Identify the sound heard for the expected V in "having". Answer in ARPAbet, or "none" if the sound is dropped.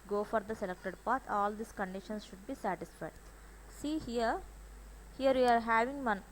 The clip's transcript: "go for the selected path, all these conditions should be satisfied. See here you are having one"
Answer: V